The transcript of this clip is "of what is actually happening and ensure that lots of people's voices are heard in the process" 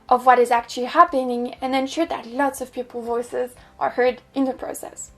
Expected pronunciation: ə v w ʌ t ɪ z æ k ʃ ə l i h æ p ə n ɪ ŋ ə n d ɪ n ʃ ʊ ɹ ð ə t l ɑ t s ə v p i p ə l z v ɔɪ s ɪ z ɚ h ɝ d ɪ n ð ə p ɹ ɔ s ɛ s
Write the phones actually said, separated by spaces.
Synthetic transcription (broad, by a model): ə v w ʌ t ɪ z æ k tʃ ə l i h æ p ə n ɪ ŋ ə n ɪ n ʃ ʊ ɹ ð ə t l ɑ t s ə v p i p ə l v ɔɪ s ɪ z ɚ h ɝ d ɪ n ð ə p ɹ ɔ s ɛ s